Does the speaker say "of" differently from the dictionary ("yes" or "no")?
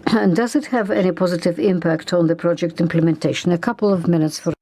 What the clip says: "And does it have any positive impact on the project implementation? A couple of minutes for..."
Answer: no